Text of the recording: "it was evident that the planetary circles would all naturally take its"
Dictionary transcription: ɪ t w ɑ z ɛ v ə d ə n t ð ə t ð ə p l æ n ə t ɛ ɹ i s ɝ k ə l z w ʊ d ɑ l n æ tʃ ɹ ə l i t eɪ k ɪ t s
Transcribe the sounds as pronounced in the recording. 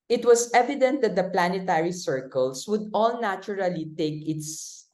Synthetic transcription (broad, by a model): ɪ t w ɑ s ɛ v ə d ə n t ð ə t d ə p l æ n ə t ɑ ɹ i s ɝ k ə l s w ʊ d ɑ l n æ tʃ ɹ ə l i t eɪ k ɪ t s